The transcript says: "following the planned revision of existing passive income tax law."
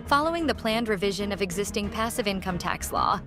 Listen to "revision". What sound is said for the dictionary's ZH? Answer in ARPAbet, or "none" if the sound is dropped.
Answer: ZH